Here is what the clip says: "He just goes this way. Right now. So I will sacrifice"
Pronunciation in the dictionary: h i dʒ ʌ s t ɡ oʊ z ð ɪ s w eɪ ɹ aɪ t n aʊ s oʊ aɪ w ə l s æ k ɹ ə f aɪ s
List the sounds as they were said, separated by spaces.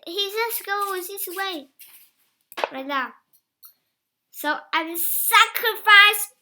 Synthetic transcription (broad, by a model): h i z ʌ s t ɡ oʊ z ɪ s w eɪ ɹ aɪ t n aʊ s oʊ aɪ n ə s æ k ɹ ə f aɪ s